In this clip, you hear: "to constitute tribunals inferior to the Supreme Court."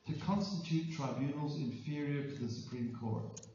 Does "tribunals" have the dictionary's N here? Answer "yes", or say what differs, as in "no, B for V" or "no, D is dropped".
yes